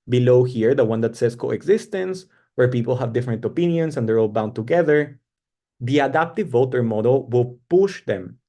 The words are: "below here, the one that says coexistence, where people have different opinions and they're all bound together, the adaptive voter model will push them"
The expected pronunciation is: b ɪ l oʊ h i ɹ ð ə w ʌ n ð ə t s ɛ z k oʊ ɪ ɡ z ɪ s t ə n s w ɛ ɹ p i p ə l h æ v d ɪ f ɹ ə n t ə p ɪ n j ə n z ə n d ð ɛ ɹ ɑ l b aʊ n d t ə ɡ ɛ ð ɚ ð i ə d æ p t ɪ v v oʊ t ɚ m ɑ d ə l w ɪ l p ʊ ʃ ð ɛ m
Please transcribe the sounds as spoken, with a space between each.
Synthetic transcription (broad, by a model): b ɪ l oʊ h i ɹ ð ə w ʌ n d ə t s ɛ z k oʊ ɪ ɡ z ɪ s t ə n s w ɛ ɹ p i p ə l h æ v d ɪ f ɹ ə n t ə p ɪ n j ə n s ə n d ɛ ɹ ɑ l b aʊ n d t ə ɡ ɛ ð ɚ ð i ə d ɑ p t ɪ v v oʊ t ɚ m ɑ d ə l w ɪ l p ʊ ʃ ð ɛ m